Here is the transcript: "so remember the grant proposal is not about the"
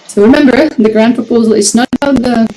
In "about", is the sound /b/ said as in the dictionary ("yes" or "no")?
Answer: yes